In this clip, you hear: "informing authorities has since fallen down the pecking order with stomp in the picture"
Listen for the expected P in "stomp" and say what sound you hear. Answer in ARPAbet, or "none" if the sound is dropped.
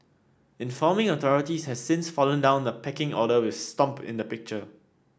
P